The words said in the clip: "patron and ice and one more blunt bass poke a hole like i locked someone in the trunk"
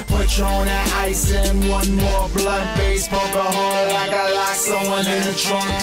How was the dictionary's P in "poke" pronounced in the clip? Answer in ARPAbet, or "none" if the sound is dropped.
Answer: B